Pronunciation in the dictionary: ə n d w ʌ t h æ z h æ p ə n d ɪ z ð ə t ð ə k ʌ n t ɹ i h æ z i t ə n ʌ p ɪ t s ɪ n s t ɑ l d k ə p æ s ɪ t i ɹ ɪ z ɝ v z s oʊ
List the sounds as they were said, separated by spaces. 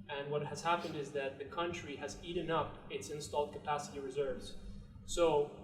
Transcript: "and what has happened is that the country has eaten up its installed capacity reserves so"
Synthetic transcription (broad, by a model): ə n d w ʌ t h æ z h æ p ə n d ɪ z ð ə t ð ə k ʌ n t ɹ i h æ z i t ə n ʌ p ɪ t s ɪ n s t ɑ l d k ə p æ s ɪ t i ɹ ɪ z ɝ v z s oʊ